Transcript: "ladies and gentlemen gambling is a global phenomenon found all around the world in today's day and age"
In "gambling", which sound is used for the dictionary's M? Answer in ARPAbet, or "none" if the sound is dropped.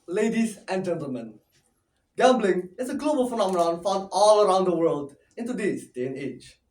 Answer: M